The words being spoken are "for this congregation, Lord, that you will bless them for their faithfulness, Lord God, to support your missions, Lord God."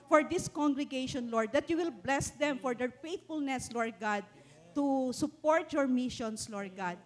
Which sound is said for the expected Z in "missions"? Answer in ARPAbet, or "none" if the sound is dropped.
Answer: S